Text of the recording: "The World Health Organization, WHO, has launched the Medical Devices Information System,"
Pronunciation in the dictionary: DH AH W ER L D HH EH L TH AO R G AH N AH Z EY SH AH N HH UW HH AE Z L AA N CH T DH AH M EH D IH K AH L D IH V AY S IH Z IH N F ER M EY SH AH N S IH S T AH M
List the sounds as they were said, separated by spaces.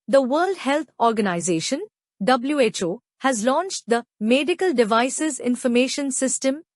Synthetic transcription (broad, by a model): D AH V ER L D HH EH L T AO R G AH N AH Z EY SH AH N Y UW HH AE Z L AA N CH T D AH M EH D IH K AH L D IH V AY S IH Z IH N F ER M EY SH AH N S IH S T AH M